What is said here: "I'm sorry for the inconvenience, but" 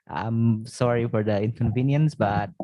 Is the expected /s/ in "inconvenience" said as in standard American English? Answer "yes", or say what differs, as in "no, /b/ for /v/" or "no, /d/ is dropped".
yes